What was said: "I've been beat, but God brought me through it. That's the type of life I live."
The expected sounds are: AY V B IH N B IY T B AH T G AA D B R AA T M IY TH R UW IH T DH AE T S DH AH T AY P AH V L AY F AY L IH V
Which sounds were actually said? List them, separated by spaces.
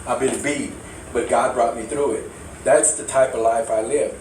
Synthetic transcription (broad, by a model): AY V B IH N B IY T B AH T G AA D B R AA T M IY TH R UW IH T DH AE T S DH AH T AY P AH V L AY F AY L IH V